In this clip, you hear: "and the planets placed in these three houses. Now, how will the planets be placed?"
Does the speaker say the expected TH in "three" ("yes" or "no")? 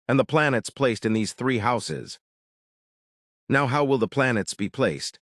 yes